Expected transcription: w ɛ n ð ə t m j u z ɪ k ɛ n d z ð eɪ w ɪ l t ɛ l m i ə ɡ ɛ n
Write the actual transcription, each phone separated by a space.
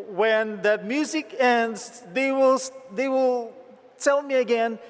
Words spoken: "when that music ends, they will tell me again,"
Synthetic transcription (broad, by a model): w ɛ n ð ə t m j u z ɪ k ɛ n d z ð eɪ w ɪ l t ɛ l m i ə ɡ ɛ n